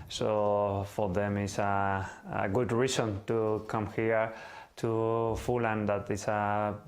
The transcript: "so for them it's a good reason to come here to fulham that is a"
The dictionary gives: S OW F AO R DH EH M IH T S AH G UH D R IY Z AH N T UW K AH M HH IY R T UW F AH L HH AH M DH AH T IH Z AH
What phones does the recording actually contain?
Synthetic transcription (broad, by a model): S OW F AO R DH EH M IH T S AH G UH D R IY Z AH N T UW K AH M HH IY R T UW F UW L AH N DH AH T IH S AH